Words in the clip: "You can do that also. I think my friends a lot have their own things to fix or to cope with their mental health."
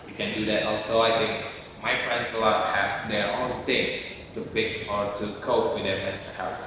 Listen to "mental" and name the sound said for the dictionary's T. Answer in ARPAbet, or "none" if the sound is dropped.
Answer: S